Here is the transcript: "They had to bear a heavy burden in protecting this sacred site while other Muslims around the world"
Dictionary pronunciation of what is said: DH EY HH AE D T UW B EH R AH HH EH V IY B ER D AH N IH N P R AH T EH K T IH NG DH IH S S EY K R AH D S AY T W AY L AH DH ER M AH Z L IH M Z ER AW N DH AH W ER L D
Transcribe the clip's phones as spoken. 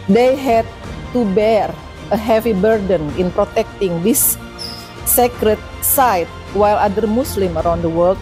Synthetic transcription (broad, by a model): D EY HH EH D T UW B EH R AH HH EH V IY B ER D AH N IH N P R AH T EH K T IH NG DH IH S S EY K R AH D S AY T W AY L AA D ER M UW S L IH M ER AW N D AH W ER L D